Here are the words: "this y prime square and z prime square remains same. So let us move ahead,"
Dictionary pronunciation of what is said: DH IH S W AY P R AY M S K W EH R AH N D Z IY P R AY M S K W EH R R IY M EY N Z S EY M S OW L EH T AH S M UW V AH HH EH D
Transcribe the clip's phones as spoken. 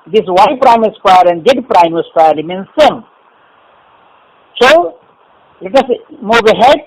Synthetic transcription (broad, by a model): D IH S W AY P R AY M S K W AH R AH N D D P R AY M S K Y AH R L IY M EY N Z S EY M S OW L EH T AH S M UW B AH HH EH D